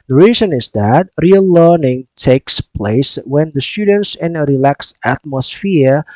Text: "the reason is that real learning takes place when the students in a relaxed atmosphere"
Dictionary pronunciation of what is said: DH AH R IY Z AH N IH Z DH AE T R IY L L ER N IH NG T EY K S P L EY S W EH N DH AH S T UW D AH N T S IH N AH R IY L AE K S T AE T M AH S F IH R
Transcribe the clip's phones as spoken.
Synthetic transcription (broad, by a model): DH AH R IY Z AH N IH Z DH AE T R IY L L ER N IH NG T EY K S P L EY S W EH N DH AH S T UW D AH N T S IH N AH R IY L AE K S AE T M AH S F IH R